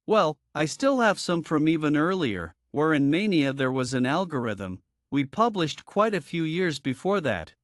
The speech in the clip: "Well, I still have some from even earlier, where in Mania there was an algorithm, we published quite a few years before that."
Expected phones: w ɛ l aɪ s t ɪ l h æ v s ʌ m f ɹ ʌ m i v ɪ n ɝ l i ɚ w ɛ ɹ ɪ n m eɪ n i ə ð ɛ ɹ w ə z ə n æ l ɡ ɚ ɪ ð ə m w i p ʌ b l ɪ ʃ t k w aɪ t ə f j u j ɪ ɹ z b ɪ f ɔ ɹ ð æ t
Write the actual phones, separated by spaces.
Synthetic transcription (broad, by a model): w ɛ l aɪ s t ɪ l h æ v s ʌ m f ɹ ʌ m i v ɪ n ɝ l i ɚ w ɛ ɹ ɪ n m eɪ n i ə ð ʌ ɹ w ə z ə n æ l ɡ ɚ ɪ ð ə m w i p ʌ b l ɪ ʃ t k w aɪ t ə f j u j ɪ ɹ z b ɪ f ɔ ɹ ð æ t